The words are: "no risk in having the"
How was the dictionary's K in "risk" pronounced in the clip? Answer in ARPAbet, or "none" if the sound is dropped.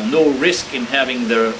K